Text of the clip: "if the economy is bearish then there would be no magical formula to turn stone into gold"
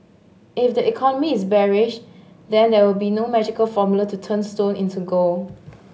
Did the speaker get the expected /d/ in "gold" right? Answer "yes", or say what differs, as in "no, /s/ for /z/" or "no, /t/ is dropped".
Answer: no, /d/ is dropped